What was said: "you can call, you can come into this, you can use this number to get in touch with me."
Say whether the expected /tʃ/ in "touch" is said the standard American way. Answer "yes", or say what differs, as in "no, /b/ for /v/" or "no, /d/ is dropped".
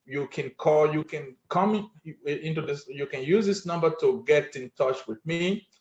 yes